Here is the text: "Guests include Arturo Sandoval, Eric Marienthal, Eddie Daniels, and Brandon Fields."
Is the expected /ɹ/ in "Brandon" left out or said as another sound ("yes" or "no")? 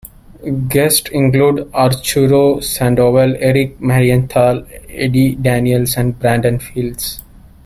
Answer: no